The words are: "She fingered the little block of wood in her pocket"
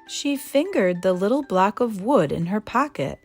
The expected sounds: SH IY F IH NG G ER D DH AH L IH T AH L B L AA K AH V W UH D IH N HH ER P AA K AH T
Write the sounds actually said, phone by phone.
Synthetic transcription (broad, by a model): SH IY F IH NG G ER D DH AH L IH T L B L AA K AH V W UH D IH N ER P AA K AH T